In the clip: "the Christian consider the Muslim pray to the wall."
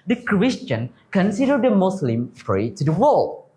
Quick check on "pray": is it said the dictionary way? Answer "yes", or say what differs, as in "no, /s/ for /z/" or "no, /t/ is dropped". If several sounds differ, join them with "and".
no, /f/ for /p/